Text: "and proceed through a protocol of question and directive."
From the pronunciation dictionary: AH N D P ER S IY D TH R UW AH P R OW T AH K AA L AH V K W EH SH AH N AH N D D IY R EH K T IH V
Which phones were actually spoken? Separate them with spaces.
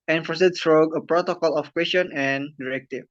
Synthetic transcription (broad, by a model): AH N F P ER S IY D S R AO AH P R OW T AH K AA L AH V K W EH S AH N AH N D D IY R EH K T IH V